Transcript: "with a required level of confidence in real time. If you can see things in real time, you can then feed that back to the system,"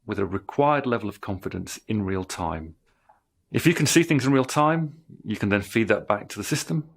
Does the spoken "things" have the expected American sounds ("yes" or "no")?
yes